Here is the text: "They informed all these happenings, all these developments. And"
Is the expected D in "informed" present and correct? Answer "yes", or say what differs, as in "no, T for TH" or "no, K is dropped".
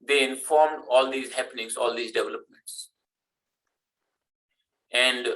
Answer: yes